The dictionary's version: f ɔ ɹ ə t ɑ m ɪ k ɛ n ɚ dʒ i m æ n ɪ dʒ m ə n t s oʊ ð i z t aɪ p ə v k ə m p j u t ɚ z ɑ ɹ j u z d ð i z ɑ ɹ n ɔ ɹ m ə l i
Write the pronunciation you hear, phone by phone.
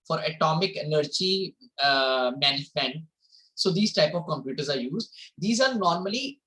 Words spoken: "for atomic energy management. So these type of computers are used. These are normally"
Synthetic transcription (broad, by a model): f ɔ ɹ ə t ɑ m ɪ k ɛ n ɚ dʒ i m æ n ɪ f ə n s oʊ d i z t aɪ p ə v k ə m p j u t ɚ z ɑ ɹ j u z d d i z ɑ ɹ n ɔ ɹ m ə l i